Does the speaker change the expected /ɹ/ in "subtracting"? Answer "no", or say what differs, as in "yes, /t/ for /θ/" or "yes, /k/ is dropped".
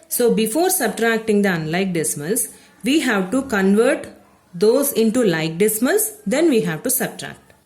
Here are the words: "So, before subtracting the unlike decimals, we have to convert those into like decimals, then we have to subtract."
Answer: no